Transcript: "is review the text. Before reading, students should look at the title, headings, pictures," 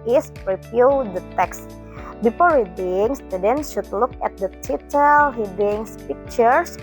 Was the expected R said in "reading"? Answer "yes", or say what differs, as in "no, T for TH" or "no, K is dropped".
no, W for R